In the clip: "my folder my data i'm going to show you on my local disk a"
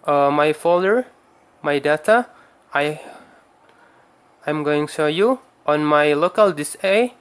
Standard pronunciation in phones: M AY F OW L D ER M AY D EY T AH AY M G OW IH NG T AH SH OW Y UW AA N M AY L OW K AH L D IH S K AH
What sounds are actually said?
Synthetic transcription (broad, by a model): M AY F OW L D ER M AY D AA T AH AY M G OW IH NG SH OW Y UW AA N M AY L OW K AH L D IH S AH